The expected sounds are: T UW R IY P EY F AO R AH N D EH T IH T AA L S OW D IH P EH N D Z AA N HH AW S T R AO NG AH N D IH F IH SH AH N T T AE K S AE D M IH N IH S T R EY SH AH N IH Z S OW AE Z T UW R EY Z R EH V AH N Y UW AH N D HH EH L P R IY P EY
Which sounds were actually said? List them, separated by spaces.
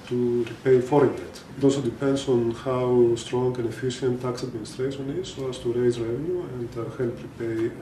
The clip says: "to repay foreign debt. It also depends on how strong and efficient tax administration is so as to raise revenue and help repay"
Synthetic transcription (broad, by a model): T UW R IY P EY F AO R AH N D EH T IH T AA L S OW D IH P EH N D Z AA N HH AW S T R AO NG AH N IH F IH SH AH N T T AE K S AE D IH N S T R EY S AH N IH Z S OW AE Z T UW R EY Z R EH V AH N Y UW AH N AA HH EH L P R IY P EY